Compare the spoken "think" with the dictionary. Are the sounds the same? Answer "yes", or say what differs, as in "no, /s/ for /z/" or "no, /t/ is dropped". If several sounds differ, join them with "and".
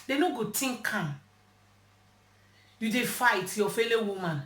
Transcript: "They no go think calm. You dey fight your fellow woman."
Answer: no, /t/ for /θ/